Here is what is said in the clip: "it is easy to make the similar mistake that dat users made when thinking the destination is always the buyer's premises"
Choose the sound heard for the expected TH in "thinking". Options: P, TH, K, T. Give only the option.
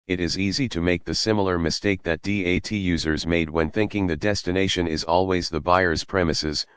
TH